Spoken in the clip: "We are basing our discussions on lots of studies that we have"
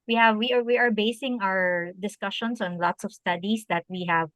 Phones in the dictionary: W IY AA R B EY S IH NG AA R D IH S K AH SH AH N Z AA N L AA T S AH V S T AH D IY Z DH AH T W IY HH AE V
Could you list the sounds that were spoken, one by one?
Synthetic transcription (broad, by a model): W IY AA R B EY S IH NG AA R D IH S K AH SH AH N S AA N L AA T S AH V S T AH D IY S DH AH T W IY HH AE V